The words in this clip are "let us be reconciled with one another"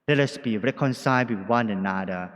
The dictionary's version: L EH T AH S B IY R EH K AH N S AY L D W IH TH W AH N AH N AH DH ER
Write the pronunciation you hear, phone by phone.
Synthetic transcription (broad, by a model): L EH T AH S B IY R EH K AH N S AY D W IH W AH N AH N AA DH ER